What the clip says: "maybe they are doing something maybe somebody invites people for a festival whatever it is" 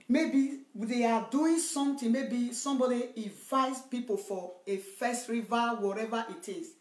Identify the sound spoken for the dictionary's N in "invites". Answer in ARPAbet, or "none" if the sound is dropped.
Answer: none